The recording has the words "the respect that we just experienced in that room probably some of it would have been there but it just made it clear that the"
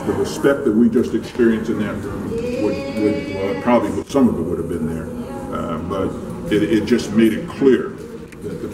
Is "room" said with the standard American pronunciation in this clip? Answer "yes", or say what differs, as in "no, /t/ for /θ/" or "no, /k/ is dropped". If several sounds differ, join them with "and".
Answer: no, /w/ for /ɹ/